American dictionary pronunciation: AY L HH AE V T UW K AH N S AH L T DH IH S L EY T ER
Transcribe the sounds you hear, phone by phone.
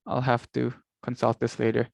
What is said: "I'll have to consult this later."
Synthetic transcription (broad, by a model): AY L HH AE F T UW K AH N S AH L T DH IH S L EY T ER